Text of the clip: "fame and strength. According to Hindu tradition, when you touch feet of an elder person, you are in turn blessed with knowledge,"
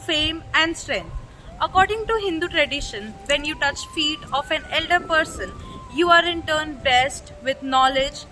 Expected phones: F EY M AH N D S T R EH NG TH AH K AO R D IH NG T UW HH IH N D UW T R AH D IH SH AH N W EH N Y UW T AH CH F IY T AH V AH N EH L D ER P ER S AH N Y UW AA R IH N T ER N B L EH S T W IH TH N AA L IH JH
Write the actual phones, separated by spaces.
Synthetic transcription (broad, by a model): F EY M AH N D S T R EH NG T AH K AO R D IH NG T UW HH IH N D UW T R AH D IH SH AH N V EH N Y UW T AH CH F IY T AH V AH N EH L D ER P ER S AH N Y UW AA R IH N T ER N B EH S T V IH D N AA L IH JH